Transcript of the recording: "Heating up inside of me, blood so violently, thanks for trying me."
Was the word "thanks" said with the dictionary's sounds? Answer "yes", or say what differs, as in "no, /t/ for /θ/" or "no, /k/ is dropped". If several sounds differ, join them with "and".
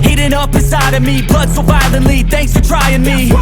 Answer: yes